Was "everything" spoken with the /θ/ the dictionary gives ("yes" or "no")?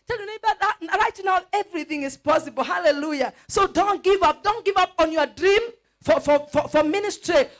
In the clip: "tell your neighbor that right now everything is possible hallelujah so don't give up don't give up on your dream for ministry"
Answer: yes